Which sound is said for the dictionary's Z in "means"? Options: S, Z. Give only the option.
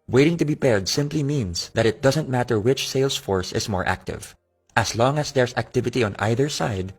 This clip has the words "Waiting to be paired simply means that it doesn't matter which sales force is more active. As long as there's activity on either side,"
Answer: S